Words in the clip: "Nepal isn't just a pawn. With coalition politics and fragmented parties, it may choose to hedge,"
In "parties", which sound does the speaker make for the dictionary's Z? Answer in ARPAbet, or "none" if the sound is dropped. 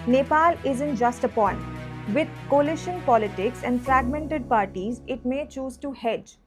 Z